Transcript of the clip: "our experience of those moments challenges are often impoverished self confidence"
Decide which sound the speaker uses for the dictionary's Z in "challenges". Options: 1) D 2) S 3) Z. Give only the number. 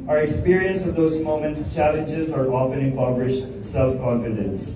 3